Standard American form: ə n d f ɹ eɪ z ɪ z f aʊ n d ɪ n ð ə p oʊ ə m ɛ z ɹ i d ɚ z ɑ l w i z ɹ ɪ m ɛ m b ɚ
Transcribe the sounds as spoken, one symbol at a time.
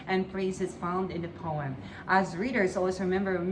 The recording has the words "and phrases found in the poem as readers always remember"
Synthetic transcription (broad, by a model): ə n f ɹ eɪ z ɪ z f aʊ n d ɪ n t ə p oʊ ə m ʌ z ɹ i d ɚ z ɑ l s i ɹ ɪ m ɛ m b ɚ